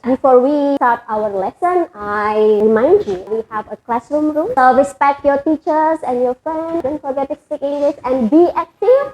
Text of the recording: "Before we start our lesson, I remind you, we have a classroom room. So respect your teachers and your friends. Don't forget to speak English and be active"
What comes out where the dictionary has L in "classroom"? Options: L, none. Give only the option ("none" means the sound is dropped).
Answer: L